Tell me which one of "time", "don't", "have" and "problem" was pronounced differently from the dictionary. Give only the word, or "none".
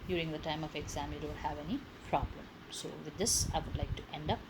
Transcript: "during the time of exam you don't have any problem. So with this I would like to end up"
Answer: don't